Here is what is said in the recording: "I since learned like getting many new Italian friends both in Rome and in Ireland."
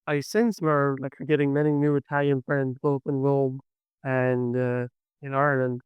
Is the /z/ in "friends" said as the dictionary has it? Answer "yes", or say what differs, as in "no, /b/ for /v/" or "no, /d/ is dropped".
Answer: yes